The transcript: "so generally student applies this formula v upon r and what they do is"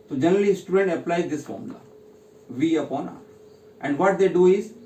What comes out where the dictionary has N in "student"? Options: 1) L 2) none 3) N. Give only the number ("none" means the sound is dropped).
3